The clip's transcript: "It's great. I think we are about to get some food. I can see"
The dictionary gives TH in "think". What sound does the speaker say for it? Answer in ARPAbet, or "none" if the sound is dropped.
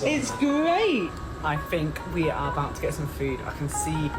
TH